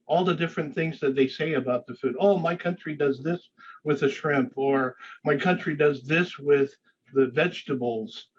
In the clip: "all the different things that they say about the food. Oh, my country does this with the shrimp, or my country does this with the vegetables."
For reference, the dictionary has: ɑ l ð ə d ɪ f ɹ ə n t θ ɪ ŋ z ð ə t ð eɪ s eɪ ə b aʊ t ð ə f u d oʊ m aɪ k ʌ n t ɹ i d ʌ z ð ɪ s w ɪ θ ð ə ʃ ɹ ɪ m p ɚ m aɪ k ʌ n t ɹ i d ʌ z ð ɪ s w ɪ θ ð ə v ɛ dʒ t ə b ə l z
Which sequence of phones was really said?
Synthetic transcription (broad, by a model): ɑ l ð ə d ɪ f ɹ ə n θ ɪ ŋ z ð ə t ð eɪ s eɪ ə b aʊ t ð ə f u d oʊ m aɪ k ʌ n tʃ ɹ i d ʌ z ð ɪ s w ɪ ð ə ʃ ɹ ɪ m p ɚ m aɪ k ʌ n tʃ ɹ i d ʌ z ð ɪ s w ɪ ð ə v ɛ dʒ t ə b l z